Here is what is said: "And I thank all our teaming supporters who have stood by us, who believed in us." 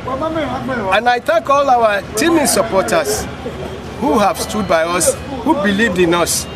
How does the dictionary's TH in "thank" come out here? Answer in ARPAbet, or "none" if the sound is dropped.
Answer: T